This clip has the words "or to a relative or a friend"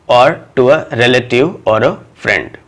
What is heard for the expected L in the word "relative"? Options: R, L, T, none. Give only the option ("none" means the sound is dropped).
L